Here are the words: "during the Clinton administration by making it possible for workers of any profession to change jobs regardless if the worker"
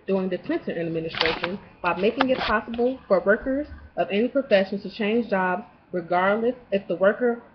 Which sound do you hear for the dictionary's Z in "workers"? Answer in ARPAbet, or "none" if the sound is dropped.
Z